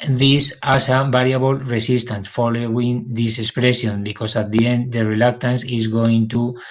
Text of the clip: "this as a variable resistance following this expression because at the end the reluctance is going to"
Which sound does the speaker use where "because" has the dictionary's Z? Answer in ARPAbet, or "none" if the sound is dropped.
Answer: S